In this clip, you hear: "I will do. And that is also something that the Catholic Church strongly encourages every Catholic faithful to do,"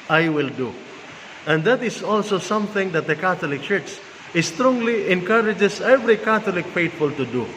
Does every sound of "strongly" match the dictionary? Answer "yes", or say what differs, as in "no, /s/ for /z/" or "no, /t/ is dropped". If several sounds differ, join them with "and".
yes